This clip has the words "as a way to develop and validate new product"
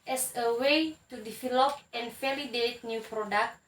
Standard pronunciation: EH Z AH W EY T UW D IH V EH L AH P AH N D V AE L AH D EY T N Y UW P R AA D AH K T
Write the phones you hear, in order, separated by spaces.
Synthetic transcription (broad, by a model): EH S AH W EY T UW D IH F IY L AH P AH N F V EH L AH D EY T N Y UW P R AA D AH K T